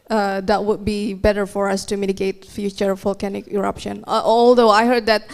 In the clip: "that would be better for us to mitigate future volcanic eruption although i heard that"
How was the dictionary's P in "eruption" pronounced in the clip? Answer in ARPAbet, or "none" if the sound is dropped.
P